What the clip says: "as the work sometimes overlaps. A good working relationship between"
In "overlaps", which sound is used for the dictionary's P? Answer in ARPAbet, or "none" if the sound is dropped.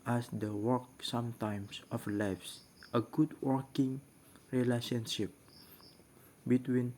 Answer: F